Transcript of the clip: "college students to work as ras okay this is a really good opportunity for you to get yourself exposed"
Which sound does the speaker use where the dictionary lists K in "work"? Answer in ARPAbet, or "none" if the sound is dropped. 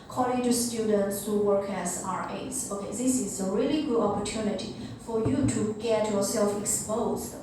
K